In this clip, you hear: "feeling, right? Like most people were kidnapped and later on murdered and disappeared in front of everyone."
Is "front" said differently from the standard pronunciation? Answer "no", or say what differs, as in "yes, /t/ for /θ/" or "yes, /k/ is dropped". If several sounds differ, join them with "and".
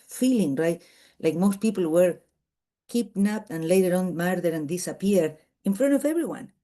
no